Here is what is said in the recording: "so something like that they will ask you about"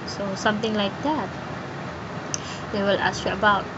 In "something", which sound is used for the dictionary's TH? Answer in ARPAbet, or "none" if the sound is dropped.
T